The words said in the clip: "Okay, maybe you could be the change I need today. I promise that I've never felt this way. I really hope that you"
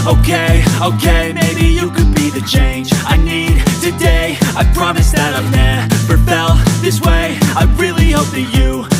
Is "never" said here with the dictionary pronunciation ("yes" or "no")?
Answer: no